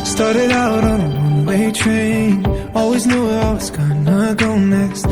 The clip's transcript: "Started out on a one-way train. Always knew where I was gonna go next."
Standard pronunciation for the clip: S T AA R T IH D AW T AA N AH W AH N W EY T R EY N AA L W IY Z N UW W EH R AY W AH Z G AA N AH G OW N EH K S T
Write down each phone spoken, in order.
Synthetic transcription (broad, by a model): S T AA R T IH D AW T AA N AH W AH N W EY T R EY N AA L W IY Z N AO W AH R AY W AH Z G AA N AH G OW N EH K S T